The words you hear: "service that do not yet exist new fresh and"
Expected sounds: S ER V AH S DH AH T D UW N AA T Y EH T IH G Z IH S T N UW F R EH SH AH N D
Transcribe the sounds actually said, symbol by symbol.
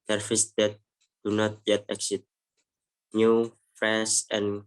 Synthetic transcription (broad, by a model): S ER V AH S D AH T D UW N AA T Y EH T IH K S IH T N UW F R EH S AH N